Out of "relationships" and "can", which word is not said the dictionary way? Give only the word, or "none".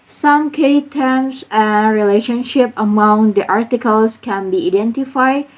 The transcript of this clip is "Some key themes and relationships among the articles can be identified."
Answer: relationships